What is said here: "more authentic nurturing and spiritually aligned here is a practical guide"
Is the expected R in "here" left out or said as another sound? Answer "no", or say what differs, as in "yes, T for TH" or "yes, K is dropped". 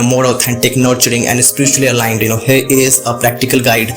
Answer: no